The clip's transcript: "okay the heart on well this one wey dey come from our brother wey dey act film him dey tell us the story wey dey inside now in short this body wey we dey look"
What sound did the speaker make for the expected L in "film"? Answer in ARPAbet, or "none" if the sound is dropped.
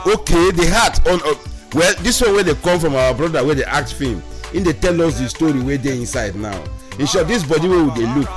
none